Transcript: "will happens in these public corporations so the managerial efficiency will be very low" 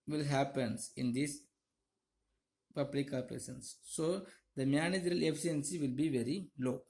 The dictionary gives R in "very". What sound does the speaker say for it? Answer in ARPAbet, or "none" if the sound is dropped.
R